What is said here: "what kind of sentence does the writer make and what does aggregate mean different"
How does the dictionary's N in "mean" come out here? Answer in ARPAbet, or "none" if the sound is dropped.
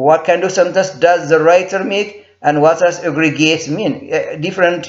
N